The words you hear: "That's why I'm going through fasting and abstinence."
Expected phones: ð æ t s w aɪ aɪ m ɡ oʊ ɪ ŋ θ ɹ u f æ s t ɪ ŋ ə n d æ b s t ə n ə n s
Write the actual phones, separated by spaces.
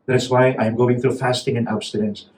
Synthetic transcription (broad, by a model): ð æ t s w aɪ aɪ m ɡ oʊ ɪ ŋ θ ɹ u f æ s t ɪ ŋ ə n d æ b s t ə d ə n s